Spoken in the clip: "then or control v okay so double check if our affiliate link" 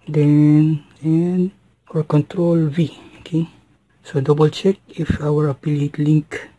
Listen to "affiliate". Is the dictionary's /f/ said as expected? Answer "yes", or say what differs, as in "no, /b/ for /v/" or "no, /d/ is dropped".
no, /p/ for /f/